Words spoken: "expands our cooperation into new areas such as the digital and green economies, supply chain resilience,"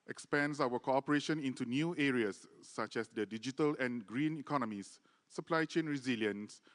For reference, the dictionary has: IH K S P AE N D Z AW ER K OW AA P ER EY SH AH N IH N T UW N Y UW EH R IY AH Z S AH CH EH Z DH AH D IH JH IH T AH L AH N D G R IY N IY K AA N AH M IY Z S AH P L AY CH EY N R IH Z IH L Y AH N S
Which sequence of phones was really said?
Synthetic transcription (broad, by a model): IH K S P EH N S AW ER K OW AA P ER EY SH AH N IH N T UW N Y UW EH R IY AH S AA CH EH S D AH D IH JH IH T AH L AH N G R IY N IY K AA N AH M IY S AH P L AY CH EY N R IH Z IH L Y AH N S